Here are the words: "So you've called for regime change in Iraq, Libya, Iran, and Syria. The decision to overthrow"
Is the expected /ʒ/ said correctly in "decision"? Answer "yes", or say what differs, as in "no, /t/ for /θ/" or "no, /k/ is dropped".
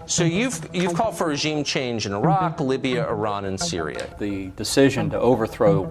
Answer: yes